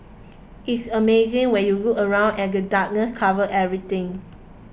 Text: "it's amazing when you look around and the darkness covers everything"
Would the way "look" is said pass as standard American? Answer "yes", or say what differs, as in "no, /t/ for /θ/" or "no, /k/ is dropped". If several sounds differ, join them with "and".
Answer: no, /k/ is dropped